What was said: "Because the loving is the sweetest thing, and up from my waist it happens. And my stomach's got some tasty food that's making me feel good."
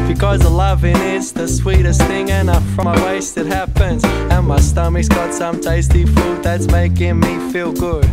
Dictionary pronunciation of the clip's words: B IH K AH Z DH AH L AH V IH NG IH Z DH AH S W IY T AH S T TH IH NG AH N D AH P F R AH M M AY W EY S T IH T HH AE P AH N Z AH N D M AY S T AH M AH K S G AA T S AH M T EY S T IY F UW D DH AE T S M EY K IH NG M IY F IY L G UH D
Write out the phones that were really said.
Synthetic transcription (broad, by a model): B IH K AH Z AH L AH V IH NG IH Z DH AH S W IY T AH S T TH IH NG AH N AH F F R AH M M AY W EY S T IH T HH AE P AH N Z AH N M AY S T AH M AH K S G AA T S AH M T EY S T IY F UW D DH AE T S M EY K IH NG M IY F IY L G UH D